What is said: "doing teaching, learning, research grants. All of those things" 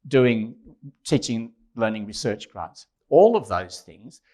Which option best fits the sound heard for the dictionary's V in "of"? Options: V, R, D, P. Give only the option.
V